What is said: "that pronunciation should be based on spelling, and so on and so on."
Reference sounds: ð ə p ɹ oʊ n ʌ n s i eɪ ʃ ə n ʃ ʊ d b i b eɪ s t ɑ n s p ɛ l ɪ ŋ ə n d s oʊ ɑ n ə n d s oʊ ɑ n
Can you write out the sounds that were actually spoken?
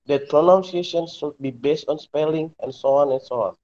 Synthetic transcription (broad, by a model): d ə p ɹ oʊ n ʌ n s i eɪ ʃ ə n s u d b i b eɪ s t ɑ n s p ɛ l ɪ ŋ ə n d s oʊ ɑ n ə n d s oʊ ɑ n